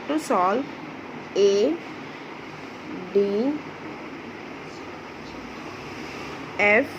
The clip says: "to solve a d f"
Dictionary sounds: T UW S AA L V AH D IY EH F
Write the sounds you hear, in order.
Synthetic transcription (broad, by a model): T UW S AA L AH D IY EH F